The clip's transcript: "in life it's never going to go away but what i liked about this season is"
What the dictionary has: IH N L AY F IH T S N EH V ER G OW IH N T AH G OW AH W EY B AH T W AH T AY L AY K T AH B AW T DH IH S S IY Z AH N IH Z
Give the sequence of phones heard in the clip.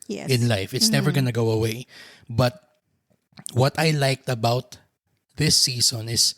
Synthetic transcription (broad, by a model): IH N L AY F IH T S N EH V ER G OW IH N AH G OW AH W EY B AH T W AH T AY L AY K T AH B AW T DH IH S S IY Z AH N IH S